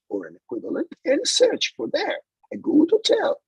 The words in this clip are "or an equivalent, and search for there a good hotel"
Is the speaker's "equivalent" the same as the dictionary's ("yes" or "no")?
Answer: yes